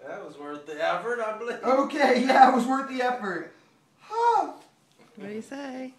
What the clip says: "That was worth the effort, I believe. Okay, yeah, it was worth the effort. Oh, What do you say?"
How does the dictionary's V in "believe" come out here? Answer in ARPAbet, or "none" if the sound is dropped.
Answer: none